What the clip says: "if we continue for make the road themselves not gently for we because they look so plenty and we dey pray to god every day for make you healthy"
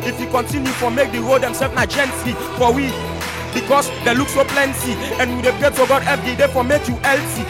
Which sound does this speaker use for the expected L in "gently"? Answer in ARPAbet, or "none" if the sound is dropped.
none